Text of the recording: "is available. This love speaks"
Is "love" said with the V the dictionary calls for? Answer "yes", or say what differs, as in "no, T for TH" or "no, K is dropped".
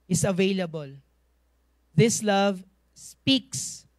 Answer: yes